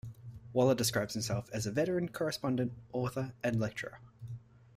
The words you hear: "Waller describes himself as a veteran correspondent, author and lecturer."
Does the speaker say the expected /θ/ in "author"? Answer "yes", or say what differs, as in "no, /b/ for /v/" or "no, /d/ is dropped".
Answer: yes